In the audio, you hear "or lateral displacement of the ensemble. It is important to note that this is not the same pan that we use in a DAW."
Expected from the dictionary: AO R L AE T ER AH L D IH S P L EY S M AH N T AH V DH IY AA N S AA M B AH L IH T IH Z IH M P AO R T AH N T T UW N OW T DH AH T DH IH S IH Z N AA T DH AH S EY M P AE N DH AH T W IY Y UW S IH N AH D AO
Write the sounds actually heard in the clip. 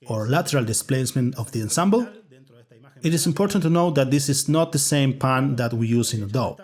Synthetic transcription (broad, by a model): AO R L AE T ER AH L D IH S P L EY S M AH N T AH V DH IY AA N S AA M B AH L IH T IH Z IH M P AO R T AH N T T UW N OW T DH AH T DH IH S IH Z N AA T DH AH S EY M P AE N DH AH T W IY Y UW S IH N AH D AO